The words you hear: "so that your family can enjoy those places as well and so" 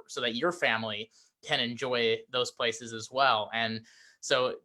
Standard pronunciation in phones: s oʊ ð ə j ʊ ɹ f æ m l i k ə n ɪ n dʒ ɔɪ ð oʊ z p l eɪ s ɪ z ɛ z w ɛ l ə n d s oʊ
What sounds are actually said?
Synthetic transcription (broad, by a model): s oʊ ð ə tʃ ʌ ɹ f æ m l i k ə n ɪ n dʒ ɔɪ ð oʊ z p l eɪ s ɪ z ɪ z w ɛ l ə n s oʊ